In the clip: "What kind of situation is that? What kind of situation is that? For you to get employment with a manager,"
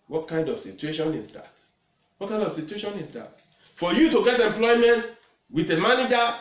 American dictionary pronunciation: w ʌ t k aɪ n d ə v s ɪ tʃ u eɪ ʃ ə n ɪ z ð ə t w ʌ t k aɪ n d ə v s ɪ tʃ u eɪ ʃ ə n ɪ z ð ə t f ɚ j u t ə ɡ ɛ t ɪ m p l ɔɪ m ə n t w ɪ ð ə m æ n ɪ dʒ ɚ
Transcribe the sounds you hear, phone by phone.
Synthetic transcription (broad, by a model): w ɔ t k aɪ n d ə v s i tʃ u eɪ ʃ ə n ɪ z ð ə t w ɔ t k aɪ n d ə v s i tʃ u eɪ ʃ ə n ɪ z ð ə t f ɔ j u t ə ɡ ɛ t ɪ m p l ɔɪ m ə n t w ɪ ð ə m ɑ n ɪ dʒ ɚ